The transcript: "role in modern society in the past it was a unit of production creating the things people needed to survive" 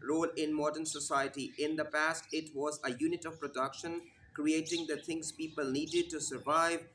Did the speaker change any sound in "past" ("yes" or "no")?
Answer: no